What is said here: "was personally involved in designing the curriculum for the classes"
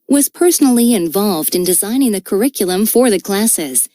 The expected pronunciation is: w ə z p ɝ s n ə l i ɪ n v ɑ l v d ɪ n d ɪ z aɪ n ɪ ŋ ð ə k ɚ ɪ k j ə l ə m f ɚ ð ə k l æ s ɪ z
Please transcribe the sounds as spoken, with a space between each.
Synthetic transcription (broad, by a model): w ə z p ɝ s n l i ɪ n v ɑ l v d ɪ n d ɪ z aɪ n ɪ ŋ ð ə k ɚ ɪ k j l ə m f ɚ ð ə k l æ s ɪ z